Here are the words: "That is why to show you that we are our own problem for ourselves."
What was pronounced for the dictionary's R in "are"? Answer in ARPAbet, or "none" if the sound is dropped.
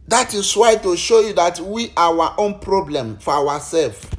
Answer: W